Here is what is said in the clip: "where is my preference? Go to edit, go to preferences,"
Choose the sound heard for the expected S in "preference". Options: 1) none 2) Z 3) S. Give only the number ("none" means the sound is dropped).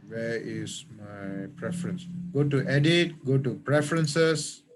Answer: 3